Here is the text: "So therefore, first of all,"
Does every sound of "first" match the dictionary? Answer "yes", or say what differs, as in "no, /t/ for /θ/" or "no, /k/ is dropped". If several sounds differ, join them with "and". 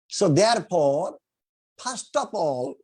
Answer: no, /p/ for /f/